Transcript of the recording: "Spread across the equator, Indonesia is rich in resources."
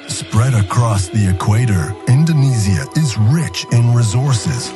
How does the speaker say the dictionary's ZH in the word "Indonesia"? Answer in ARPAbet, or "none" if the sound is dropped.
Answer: Z